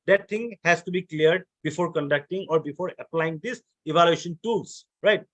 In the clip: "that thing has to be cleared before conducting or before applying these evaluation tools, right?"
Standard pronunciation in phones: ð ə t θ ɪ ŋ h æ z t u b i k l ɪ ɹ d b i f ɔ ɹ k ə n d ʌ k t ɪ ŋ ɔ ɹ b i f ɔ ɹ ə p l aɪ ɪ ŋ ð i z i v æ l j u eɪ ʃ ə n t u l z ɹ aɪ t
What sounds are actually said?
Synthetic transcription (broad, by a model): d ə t t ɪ ŋ h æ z t u b i k l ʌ ɹ d b i f ɔ ɹ k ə n d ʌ k t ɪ ŋ ɔ ɹ b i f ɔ ɹ ə p l aɪ ɪ ŋ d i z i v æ l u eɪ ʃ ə n t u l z ɹ aɪ t